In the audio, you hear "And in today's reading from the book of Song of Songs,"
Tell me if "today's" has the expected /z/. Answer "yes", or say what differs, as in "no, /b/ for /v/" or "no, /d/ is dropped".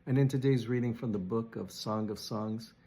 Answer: yes